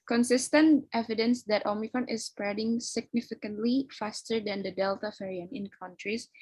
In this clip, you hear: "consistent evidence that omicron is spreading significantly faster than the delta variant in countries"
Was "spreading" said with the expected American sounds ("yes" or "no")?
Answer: yes